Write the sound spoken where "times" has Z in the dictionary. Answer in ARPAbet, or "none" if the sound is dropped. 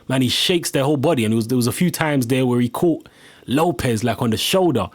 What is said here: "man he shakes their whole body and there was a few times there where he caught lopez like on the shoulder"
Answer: Z